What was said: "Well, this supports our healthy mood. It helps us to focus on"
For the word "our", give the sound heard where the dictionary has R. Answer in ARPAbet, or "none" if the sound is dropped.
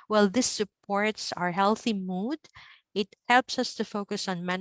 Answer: R